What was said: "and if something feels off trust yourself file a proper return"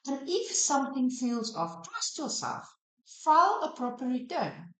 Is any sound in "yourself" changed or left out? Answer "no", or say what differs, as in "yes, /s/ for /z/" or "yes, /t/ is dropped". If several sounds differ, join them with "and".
yes, /l/ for /ɹ/